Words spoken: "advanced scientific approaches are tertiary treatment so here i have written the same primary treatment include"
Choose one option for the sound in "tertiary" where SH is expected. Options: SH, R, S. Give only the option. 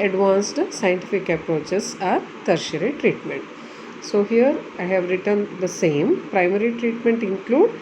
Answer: SH